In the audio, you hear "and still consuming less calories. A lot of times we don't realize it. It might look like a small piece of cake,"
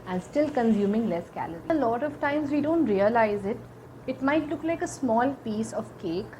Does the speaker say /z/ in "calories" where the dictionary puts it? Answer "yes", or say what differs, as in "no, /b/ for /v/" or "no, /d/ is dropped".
no, /z/ is dropped